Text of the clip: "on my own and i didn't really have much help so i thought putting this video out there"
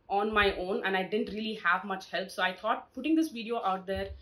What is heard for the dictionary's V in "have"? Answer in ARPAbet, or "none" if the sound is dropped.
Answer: V